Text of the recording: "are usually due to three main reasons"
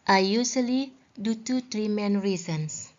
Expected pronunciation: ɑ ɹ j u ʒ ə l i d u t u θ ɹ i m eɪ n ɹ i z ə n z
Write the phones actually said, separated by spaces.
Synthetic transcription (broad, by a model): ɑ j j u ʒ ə l i d u t u t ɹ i m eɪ n ɹ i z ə n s